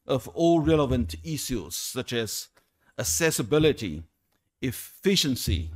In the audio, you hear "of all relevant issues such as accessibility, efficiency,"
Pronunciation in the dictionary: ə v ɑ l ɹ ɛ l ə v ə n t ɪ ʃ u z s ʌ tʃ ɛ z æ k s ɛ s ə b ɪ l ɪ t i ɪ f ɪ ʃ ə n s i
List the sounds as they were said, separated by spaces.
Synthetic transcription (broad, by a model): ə v ɑ l ɹ ɛ l ə v ə n t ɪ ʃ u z s ʌ tʃ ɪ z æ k s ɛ s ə b ɪ l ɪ t i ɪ f ɪ ʃ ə n s i